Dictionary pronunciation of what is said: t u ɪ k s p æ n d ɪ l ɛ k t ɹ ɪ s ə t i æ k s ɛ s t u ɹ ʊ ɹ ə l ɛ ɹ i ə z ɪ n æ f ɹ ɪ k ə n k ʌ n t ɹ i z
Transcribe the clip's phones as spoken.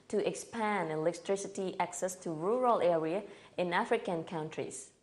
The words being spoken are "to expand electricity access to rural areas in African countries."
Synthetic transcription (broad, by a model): t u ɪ k s p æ n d ɪ l ɛ k t ɹ ɪ s ə t i æ k s ɛ s t u ɹ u ɹ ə l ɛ ɹ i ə ɪ n æ f ɹ ɪ k ə n k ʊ n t ɹ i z